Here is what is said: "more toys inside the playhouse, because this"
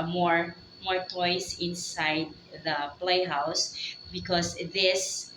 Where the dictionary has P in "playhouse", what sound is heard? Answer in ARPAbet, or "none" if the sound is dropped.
P